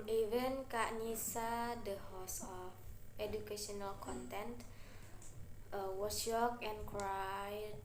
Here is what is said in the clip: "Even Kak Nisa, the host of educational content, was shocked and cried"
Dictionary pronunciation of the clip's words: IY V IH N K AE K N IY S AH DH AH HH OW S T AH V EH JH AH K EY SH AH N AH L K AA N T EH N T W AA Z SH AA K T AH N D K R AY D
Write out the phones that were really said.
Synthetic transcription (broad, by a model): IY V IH N K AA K N IY S AH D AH HH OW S AH F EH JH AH K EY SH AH N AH L K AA N T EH N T W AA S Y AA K AH N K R AY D